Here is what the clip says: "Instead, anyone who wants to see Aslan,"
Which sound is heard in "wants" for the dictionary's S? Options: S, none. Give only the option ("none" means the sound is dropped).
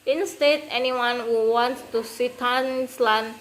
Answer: none